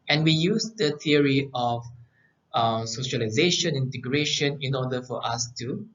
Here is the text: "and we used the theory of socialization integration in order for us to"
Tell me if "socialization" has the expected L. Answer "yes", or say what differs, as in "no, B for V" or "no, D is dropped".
yes